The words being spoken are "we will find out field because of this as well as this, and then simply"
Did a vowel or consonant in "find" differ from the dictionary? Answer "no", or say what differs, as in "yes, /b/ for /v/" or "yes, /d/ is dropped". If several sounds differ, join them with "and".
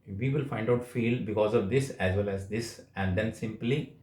no